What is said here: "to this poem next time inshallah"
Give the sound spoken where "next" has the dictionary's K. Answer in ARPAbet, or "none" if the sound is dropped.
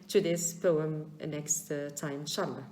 K